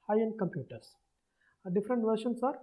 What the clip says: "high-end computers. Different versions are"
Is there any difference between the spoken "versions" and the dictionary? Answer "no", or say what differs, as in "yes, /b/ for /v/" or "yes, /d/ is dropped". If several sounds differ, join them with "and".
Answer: yes, /ʃ/ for /ʒ/ and /s/ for /z/